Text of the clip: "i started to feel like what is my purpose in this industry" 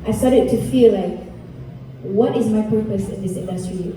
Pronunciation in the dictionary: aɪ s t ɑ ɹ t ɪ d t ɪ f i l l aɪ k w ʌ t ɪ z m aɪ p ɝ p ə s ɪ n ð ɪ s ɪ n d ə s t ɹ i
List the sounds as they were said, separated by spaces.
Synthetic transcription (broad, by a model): aɪ s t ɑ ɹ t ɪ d t ɪ f i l l aɪ k w ʌ t ɪ z m aɪ p ɝ p ə s ɪ n ð ɪ s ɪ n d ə s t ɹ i